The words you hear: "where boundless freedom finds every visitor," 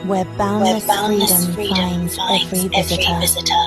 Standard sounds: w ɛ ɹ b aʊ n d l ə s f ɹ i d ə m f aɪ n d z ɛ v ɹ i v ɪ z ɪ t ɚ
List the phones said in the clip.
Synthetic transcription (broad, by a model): w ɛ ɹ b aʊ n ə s f ɹ i d ə m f aɪ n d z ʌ f ɹ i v ɪ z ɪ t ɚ